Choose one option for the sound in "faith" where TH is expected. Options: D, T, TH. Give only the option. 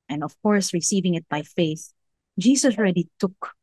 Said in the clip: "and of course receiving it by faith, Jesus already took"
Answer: TH